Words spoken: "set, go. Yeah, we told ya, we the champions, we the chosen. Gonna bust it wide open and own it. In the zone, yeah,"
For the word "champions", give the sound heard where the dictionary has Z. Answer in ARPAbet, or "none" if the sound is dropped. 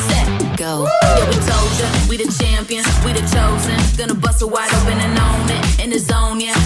none